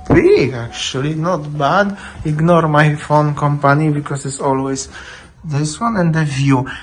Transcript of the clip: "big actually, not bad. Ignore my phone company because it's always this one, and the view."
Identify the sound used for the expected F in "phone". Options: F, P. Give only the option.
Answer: F